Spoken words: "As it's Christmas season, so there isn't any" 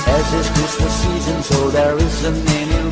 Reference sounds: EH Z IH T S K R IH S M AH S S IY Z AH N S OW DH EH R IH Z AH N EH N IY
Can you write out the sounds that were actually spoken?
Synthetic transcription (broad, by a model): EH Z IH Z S K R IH S M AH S S IY Z AH N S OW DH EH R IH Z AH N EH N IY